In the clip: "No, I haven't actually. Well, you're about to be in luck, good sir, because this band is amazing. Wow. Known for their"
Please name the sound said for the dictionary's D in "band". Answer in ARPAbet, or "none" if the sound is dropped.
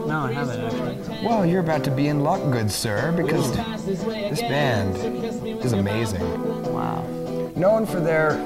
D